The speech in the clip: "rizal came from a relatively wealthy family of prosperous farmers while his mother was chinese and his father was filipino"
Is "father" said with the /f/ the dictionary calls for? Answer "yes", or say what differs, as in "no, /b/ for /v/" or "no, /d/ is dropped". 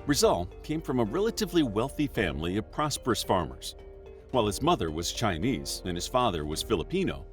yes